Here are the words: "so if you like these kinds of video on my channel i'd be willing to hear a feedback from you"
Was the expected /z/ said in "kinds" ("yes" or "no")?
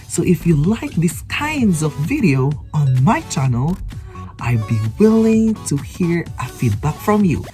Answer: yes